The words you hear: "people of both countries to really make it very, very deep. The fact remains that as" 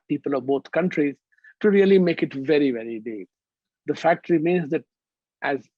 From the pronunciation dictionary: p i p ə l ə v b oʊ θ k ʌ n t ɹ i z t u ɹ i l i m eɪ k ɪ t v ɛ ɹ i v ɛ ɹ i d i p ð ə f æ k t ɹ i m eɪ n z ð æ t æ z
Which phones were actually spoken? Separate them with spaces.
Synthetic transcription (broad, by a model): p i p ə l ə v b oʊ t k ʌ n t ɹ i z t u ɹ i l i m eɪ k ɪ t v ɛ ɹ i v ɛ ɹ i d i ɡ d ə f æ k t ɹ i m eɪ n z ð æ t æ z